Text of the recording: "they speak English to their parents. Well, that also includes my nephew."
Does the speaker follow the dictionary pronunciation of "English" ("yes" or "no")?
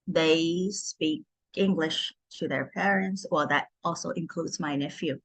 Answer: yes